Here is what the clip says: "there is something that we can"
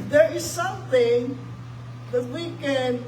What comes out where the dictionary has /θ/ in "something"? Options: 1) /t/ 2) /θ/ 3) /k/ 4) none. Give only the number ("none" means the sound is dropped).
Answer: 2